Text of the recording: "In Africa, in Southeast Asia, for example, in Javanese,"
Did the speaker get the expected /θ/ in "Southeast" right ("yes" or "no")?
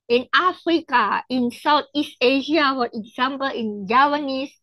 no